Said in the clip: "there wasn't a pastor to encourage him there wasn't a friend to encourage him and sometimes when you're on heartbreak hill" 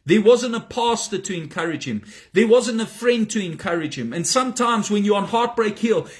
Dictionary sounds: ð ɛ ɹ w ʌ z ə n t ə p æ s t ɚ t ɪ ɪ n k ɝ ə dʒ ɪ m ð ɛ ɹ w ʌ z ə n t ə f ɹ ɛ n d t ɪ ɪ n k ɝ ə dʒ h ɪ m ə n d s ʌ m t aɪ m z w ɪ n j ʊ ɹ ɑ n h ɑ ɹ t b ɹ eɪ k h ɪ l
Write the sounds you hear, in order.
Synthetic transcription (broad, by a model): ð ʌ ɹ w ʌ z ə n t ə p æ s t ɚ t ɪ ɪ n k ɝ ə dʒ ɪ m ð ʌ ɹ w ʌ z ə n t ə f ɹ ɛ n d t ɪ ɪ n k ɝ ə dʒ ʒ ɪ m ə n s ʌ m t aɪ m z w ɪ n j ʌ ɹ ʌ n h ɑ ɹ t b ɹ eɪ k h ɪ l